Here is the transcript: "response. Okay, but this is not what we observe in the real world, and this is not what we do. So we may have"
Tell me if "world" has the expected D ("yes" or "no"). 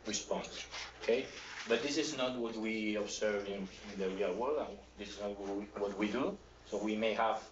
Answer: no